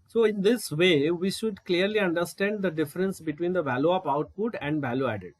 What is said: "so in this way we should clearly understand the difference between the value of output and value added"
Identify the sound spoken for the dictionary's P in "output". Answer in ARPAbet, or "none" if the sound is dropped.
P